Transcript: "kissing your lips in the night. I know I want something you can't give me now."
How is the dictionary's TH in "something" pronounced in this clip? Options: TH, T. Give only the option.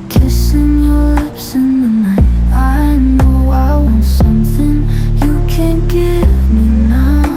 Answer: TH